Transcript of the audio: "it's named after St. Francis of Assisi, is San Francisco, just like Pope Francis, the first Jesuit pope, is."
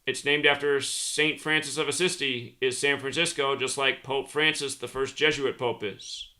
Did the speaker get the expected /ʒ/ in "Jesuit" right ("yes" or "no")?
yes